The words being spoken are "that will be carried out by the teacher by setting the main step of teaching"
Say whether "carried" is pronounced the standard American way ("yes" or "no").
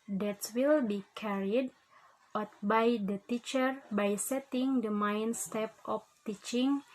yes